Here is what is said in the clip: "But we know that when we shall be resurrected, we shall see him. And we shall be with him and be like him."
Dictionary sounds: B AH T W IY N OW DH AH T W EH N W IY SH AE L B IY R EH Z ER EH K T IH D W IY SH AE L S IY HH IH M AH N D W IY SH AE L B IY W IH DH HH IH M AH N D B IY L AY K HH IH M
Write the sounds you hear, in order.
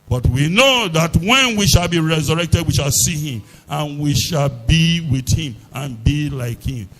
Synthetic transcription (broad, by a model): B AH T W IY N OW DH AH T W EH N W IY SH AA L B IY R EH Z ER EH K T IH D W IY SH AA L S IY HH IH M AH N W IY SH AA L B IY W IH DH HH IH M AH N B IY L AY K HH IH M